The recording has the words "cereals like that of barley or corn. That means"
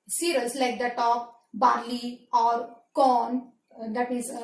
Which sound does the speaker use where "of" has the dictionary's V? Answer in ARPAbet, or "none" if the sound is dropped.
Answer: P